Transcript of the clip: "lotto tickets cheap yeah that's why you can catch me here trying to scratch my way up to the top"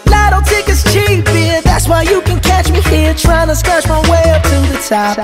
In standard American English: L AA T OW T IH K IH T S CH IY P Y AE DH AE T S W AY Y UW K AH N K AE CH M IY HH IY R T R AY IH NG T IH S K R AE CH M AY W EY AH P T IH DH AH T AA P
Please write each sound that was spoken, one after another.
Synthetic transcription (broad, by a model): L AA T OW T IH K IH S CH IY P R DH AE T S W AY Y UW K AH N K AE CH M IY HH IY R T R AY IH NG T IH S K R AE CH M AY W EY AH P T IH DH AH T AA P